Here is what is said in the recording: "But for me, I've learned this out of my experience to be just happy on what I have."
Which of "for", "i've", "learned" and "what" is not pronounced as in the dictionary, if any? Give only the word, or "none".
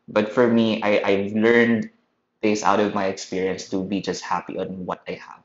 none